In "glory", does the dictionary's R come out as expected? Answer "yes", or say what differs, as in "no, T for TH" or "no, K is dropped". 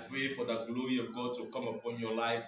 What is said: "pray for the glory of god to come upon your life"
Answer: yes